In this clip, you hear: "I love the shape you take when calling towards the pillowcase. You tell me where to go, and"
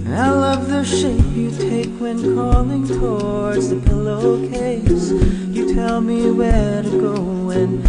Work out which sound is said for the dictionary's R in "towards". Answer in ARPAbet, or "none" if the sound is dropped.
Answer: R